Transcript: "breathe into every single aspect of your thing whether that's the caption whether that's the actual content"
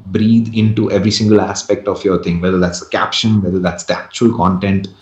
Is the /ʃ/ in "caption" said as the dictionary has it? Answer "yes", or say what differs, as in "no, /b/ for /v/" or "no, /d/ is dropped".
yes